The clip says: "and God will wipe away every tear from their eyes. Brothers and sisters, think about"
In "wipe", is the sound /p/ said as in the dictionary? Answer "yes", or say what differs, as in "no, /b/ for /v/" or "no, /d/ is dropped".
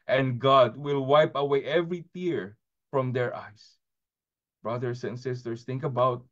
yes